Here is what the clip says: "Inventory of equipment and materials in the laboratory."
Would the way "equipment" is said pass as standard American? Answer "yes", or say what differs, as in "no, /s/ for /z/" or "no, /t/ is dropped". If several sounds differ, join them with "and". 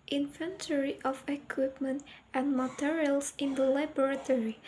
yes